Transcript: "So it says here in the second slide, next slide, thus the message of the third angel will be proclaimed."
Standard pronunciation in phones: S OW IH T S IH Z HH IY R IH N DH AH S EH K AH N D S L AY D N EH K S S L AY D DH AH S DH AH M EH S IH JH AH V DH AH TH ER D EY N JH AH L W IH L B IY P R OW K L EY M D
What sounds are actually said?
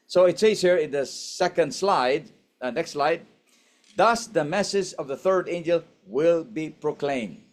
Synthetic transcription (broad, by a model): S OW IH T S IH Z HH IY R IH N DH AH S EH K AH N D S L AY D N EH K S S L AY D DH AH S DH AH M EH S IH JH AH V DH AH TH ER D EY N JH AH L W IH L B IY P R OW K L EY M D